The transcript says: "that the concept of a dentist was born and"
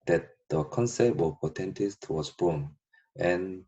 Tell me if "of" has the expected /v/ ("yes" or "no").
no